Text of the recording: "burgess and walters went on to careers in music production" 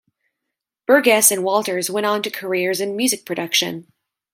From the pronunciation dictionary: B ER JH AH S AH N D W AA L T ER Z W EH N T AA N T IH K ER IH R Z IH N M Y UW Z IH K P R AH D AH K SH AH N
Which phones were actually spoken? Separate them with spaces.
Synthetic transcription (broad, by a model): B ER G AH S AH N W AA L T ER Z W EH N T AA N T IH K ER IH R Z IH N M Y UW Z IH K P R AH D AH K SH AH N